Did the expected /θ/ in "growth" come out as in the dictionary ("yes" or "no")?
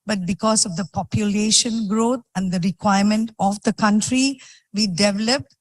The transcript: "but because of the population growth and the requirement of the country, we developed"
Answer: no